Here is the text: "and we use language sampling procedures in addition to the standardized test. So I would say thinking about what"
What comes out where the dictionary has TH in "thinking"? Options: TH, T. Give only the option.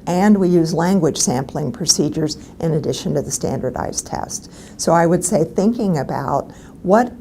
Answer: TH